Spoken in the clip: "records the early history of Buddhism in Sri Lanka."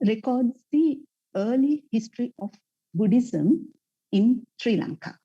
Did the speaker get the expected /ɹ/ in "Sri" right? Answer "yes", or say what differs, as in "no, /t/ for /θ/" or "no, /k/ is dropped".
yes